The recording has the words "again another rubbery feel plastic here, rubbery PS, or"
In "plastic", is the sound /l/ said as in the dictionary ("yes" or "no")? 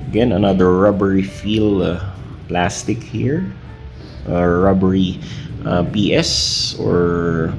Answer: yes